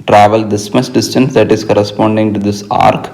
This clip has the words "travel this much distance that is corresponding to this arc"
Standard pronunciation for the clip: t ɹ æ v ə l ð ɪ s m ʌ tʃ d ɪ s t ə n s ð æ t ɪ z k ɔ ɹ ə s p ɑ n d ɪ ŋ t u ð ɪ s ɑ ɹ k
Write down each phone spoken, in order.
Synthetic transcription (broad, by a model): t ɹ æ v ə l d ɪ s m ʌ s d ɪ s t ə n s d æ t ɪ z k ɔ ɹ ə s p ɑ n d ɪ ŋ t u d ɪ s ɑ ɹ k